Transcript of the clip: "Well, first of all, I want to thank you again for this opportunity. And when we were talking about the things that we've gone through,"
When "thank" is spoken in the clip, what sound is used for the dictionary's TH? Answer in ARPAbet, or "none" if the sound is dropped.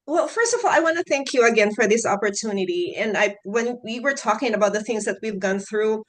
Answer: TH